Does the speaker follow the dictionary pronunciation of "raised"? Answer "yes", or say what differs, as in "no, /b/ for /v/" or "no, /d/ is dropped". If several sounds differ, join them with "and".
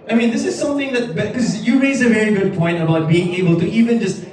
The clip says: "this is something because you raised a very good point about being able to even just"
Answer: no, /d/ is dropped